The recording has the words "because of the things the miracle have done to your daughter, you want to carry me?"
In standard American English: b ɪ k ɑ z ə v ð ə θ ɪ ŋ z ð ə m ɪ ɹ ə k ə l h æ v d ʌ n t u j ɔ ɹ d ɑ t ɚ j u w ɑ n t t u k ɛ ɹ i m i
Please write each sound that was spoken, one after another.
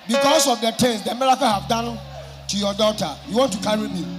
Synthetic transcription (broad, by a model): b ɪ k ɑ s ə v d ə t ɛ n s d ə m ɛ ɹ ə k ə h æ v d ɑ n t u j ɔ d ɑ t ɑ j u w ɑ n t t u k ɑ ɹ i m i